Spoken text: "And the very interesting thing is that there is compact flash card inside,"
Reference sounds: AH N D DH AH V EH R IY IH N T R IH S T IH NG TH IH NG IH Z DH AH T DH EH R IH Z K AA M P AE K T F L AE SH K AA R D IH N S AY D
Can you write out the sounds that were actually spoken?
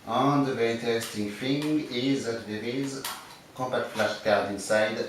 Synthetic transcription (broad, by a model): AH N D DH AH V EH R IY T IH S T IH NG F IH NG IH Z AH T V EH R IH Z K AA M P AE K T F L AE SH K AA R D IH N S AY D